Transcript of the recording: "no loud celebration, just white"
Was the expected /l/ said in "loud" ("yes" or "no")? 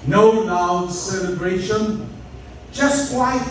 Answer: no